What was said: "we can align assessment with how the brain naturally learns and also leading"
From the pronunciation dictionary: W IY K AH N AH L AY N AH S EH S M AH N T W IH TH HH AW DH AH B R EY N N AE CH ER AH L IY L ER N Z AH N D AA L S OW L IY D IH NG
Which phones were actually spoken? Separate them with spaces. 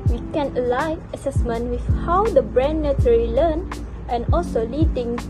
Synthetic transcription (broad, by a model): W IY K AH N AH L AY AH S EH S M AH N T W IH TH HH AW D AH B R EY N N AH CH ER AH L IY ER N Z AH N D AA L S OW L IY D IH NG